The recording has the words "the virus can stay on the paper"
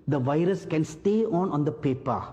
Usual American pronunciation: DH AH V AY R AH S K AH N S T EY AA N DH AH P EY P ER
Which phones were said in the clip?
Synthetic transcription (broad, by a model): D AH V AY R AH S K AH N S T EY AA N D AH P EY P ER